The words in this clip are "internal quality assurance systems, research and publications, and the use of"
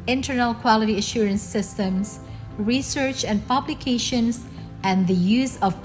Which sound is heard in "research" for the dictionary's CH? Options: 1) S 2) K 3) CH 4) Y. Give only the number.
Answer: 3